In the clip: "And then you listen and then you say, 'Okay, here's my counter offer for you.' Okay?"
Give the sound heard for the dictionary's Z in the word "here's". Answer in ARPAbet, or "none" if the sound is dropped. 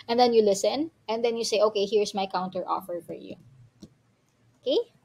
S